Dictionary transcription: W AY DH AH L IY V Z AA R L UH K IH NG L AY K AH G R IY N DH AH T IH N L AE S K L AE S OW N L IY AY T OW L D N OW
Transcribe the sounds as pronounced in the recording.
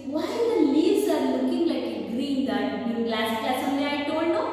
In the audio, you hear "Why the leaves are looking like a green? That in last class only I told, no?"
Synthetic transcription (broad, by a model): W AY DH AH L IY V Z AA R L UH K IH NG L AY K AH G R IY N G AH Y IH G L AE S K AE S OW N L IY AY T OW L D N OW